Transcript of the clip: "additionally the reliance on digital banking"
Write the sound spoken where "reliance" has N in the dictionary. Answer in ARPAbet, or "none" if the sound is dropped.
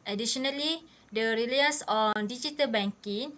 none